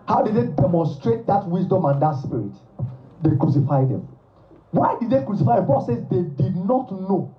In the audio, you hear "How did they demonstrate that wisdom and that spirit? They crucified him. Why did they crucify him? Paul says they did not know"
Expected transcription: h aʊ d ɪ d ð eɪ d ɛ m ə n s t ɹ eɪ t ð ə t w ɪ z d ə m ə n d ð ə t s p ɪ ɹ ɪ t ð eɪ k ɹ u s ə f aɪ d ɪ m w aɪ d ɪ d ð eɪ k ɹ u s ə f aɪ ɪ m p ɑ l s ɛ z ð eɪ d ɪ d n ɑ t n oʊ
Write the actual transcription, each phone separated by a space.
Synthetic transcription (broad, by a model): h aʊ d ɪ d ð eɪ d ɛ m ə n s t ɹ eɪ t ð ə t w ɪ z d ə m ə n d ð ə t s p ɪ ɹ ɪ t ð eɪ k ɹ u s ə f aɪ d ɪ m w aɪ d ɪ d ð eɪ k ɹ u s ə f aɪ ɪ m b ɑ s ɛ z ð eɪ d ɪ d n ɑ t n oʊ